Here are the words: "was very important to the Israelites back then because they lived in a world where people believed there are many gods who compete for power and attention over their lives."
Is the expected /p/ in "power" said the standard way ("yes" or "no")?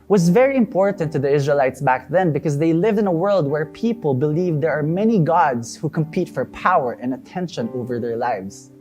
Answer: yes